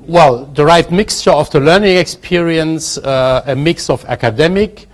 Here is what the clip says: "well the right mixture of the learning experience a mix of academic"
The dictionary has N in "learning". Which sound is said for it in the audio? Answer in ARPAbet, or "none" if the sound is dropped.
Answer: N